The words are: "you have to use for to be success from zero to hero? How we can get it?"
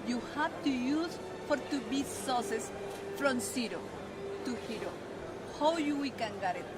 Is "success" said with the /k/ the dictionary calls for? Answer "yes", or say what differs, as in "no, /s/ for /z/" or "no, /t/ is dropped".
no, /k/ is dropped